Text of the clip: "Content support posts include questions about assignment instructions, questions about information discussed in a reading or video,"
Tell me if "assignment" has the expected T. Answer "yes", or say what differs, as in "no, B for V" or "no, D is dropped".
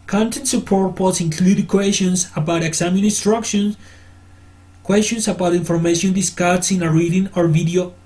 no, T is dropped